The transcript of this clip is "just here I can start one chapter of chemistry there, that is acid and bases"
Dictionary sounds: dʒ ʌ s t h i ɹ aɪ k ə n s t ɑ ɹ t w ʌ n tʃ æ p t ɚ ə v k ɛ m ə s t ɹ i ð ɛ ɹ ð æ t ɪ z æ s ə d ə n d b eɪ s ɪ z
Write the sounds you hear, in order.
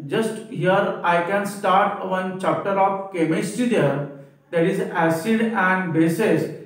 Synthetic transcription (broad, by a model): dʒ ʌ s t h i ɹ aɪ k ə n s t ɑ ɹ t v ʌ n tʃ æ p t ɚ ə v k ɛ m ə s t i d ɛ ɹ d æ t ɪ z æ s ə d ə n d b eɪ s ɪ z